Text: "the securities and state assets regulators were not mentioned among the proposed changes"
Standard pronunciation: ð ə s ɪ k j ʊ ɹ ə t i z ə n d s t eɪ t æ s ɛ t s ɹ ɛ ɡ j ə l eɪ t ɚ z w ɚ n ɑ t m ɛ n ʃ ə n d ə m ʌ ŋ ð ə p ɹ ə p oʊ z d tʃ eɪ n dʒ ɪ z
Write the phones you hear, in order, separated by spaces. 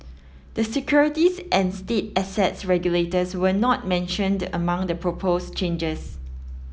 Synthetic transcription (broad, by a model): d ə s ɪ k j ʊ ɹ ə t i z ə n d s t eɪ t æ s ɛ t s ɹ ɛ ɡ j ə l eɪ t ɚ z w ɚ n ɑ t m ɛ n ʃ ə n d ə m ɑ ŋ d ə p ɹ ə p oʊ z tʃ eɪ n dʒ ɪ s